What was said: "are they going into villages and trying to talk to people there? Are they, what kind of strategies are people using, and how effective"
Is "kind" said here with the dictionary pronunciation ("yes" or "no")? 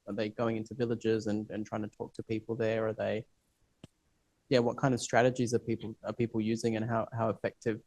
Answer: yes